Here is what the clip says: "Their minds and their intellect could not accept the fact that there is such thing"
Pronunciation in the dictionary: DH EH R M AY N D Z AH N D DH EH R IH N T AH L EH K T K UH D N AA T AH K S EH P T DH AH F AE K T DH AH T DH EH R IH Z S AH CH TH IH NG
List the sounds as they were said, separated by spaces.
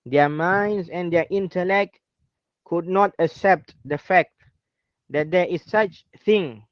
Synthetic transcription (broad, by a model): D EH M AY N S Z AH N D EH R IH N T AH L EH K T K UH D N AA T AH K S EH P T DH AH F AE K T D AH T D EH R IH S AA CH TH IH NG